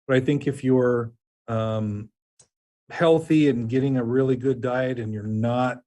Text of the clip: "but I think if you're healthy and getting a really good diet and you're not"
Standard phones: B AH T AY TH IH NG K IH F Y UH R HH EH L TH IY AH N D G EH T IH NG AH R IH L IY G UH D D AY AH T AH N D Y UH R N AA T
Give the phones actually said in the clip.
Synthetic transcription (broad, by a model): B AH T AY TH IH NG K IH F Y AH R HH EH L TH IY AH N G EH T IH NG AH R IH L IY G UH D D AY AH T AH N Y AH R N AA T